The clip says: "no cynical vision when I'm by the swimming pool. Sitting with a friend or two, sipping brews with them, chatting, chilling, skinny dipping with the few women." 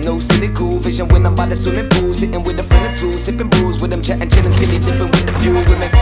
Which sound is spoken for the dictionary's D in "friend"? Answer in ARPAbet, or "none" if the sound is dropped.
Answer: none